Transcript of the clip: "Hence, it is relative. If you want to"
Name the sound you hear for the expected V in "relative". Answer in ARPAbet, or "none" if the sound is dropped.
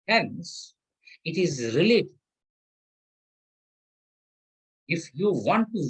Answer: none